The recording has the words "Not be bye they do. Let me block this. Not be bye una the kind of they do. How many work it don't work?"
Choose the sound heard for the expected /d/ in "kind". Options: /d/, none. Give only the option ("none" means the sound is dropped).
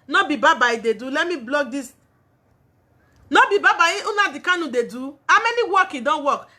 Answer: none